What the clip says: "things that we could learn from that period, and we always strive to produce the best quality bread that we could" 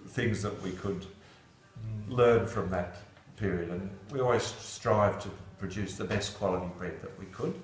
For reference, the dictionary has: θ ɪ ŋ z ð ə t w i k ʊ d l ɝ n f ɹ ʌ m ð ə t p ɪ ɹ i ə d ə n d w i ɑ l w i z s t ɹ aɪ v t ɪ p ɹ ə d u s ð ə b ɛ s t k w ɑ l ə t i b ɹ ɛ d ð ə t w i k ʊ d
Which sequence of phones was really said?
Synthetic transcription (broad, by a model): θ ɪ ŋ z ð ə t w i k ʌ d l ɝ n f ɹ ʌ m ð ə t p ɪ ɹ i ə d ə n w i ɑ l w i z s t ɹ aɪ v t ɪ p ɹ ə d u s ð ə b ɛ s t k w ɑ l ə t i b ɹ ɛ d ð ə t w i k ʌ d